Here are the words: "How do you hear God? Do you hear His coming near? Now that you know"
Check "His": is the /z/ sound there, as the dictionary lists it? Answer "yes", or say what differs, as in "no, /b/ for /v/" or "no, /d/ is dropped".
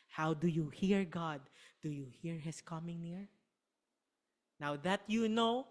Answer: no, /s/ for /z/